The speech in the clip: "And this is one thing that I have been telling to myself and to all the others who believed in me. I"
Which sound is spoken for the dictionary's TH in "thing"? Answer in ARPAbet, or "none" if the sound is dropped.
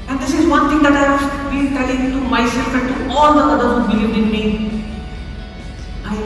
T